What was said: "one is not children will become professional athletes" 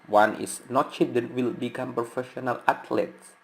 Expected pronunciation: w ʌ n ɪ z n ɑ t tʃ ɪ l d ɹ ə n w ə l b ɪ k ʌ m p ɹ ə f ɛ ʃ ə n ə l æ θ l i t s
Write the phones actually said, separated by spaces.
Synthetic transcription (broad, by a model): w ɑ n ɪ s n ɑ t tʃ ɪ d ə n w ə l b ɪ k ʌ m p ɹ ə f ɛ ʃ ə n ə l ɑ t l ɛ t s